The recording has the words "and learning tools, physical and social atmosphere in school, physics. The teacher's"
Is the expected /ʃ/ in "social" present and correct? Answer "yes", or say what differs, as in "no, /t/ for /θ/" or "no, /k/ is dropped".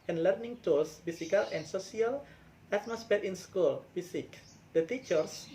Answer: no, /s/ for /ʃ/